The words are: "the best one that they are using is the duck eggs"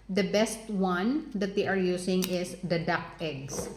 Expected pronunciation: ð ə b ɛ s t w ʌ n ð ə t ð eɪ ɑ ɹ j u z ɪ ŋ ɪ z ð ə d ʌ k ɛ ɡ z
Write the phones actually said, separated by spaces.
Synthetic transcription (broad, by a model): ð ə b ɛ s t w ʌ n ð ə t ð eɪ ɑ ɹ j u s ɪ ŋ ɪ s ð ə d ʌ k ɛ ɡ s